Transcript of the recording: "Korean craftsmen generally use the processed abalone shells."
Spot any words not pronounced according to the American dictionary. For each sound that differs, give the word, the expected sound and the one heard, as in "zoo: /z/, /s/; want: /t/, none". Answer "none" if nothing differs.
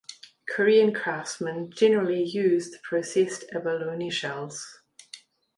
craftsmen: /f/, none